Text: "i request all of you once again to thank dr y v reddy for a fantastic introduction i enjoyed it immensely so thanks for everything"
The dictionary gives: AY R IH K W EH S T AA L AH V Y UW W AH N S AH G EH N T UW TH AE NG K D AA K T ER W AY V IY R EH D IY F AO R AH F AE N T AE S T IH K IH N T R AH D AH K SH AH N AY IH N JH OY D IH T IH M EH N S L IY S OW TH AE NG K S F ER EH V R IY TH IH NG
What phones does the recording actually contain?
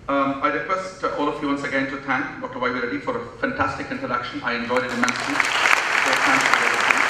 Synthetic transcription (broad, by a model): AY R IH K W EH S T AA L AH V Y UW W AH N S AH G EH N T UW T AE NG K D AA K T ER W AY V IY R EH D IY F AO R AH F AE N T AE S T IH K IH N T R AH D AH K SH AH N AY IH N JH OY D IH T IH M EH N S IY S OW T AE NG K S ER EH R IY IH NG